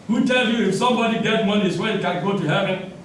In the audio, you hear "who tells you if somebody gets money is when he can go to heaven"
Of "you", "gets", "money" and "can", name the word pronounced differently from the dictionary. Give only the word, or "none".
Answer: gets